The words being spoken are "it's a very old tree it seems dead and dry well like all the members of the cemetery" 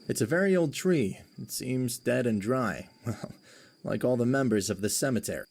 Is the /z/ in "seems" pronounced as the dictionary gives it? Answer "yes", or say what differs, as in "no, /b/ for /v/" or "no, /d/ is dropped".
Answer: yes